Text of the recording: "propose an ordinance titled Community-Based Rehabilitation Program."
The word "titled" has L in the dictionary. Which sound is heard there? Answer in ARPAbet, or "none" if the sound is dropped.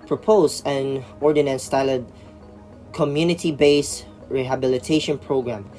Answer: none